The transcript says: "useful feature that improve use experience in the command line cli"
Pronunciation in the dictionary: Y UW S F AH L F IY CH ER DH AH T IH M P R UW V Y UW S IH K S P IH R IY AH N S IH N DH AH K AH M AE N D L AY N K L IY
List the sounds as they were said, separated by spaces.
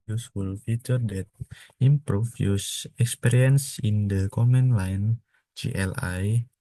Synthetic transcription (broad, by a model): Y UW S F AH L F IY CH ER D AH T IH M P R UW F Y UW S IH K S P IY R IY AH N S IH N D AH K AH M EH N L AY N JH L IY